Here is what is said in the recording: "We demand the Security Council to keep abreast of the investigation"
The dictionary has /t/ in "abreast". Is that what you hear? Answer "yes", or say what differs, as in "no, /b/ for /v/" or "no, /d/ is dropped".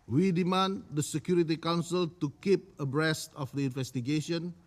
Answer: yes